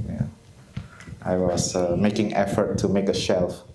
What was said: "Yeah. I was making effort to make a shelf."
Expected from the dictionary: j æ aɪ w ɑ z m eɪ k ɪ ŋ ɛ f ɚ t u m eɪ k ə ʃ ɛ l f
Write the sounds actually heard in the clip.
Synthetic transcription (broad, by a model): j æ aɪ w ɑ s m eɪ k ɪ ŋ ɛ f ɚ t u m eɪ k ə ʃ ɛ l f